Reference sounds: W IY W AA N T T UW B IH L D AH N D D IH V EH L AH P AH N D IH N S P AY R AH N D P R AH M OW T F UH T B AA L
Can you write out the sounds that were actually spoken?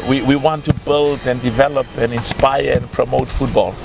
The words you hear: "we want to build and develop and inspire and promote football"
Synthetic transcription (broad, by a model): W IY W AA N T T UW B IH L D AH N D D IH V EH L AH P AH N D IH N S P AY R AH N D P R AH M OW T F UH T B AA L